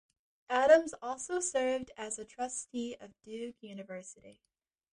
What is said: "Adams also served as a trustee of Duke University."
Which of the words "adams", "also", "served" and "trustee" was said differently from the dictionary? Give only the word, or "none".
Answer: none